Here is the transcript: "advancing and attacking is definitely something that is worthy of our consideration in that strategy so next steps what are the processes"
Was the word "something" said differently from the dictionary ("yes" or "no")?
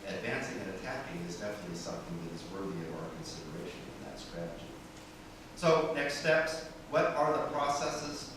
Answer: no